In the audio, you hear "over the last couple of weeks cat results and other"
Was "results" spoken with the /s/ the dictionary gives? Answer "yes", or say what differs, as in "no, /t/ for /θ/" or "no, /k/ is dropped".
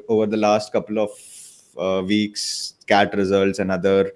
yes